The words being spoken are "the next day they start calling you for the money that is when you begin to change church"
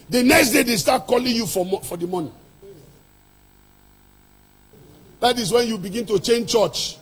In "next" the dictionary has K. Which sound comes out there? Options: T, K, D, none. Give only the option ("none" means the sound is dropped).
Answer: K